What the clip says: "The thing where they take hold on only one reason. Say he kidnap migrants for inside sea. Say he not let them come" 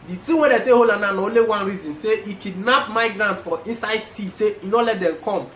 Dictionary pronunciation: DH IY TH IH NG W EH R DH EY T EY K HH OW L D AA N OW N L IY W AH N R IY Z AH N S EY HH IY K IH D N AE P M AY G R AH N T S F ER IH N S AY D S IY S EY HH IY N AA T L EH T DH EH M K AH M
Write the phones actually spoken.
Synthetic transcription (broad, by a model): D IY T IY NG W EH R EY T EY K HH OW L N AA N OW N L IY W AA N R IY Z AH N S EY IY K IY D N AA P M AY G R AH N T S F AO IH N S AY D S IY S EY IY N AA L EH T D EH M K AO M